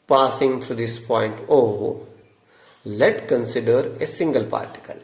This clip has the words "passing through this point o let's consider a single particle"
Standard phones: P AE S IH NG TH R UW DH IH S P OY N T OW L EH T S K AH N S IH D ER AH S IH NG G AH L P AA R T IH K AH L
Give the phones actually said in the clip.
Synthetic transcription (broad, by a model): P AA S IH NG T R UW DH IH S P OY N T OW L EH T K AH N S IH D ER AH S IH NG G AH L P AA R T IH K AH L